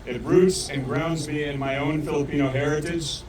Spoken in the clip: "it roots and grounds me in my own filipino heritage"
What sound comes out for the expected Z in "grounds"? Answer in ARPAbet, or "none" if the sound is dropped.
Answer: Z